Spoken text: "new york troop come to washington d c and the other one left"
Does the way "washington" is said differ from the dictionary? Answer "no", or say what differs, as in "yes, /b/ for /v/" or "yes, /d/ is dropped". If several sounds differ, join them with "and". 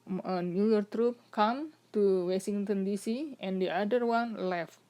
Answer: yes, /s/ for /ʃ/